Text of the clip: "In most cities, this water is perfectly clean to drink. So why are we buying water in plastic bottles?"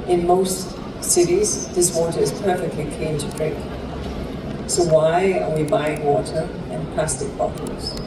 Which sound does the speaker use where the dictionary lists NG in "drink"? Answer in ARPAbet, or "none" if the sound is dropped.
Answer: none